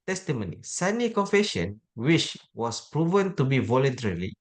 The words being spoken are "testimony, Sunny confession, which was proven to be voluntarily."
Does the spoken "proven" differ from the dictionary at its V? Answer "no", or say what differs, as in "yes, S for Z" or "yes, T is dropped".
no